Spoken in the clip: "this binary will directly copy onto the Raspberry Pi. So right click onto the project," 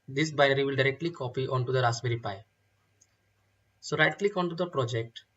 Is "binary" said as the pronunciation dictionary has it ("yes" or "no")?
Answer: no